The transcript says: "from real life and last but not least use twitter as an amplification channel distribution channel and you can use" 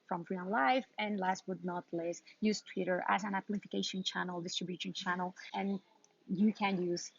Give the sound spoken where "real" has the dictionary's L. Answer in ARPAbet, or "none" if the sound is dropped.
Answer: N